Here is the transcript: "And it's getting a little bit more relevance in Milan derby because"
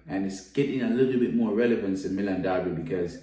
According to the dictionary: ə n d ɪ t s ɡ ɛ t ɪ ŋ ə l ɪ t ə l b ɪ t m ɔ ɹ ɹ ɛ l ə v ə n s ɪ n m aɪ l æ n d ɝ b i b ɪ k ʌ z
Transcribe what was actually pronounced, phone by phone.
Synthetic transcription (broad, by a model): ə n ɪ t s ɡ ɛ t ɪ ŋ ə l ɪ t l b ɪ t m ɔ ɹ ɹ ɛ l ə v ə n s ɪ n m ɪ l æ n d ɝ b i b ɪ k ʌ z